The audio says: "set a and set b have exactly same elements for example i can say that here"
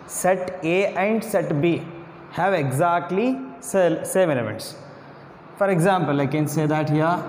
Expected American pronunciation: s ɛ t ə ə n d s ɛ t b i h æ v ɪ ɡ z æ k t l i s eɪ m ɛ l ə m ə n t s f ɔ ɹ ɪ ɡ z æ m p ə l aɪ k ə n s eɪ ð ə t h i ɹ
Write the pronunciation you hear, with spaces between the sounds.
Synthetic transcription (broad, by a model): s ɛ t ə ə n d s ɛ t b i h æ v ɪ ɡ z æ k t l i s eɪ m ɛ n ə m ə n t s f ɔ ɹ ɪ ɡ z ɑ m p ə l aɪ k ə n s eɪ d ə t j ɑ